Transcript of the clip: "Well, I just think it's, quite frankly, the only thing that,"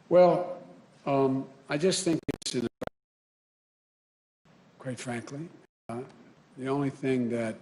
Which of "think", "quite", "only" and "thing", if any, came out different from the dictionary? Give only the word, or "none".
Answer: none